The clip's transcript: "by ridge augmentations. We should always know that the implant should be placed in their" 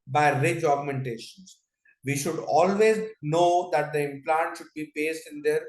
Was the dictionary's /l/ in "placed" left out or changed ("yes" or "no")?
yes